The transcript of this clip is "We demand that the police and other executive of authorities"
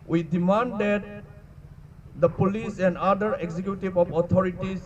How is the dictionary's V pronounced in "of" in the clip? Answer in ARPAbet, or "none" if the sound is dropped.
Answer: P